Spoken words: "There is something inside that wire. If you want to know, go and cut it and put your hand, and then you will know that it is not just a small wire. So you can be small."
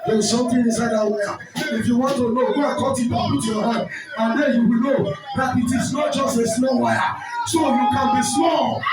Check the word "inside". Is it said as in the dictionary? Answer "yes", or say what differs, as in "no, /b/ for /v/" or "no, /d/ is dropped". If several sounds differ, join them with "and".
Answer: no, /n/ is dropped